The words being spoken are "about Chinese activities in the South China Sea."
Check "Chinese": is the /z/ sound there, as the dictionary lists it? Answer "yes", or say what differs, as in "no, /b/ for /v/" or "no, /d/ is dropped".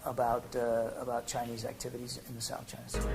yes